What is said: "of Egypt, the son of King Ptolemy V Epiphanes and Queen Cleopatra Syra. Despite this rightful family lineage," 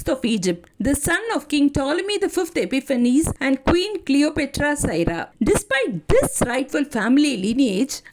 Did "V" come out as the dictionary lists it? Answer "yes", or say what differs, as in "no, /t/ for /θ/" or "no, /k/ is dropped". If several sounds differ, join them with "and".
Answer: no, /f/ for /v/